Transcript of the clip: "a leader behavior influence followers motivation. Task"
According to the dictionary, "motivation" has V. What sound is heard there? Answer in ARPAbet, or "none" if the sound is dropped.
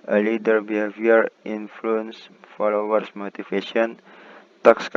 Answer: F